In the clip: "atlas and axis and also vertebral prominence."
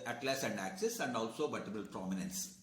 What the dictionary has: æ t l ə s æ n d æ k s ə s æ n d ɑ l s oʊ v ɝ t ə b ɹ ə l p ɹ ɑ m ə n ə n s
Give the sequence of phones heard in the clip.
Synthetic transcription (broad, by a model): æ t l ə s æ n d æ k s ə s æ n d ɑ l s oʊ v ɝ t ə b ə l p ɹ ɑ m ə n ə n s